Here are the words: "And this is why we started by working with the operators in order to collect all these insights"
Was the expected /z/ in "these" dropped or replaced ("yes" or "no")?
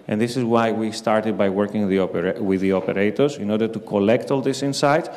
yes